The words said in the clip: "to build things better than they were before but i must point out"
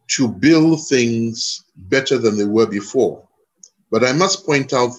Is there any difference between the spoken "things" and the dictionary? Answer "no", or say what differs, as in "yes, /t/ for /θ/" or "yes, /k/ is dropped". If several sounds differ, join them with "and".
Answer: no